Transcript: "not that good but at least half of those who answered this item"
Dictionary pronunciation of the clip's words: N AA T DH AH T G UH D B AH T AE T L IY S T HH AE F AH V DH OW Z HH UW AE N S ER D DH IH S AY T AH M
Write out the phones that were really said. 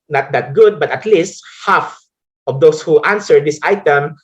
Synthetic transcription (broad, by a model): N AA T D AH T G UH D B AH T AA T L IY S T HH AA F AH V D OW S HH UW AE N S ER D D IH S AY T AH M